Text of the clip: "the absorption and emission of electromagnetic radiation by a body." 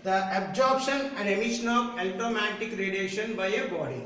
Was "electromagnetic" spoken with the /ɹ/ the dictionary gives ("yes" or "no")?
no